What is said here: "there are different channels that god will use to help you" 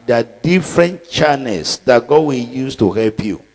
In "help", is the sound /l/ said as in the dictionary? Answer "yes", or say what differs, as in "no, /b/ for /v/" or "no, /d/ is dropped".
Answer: yes